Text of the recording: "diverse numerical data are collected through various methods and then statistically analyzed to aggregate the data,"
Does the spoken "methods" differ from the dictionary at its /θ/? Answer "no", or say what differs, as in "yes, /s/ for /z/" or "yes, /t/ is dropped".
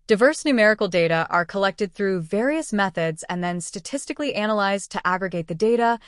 no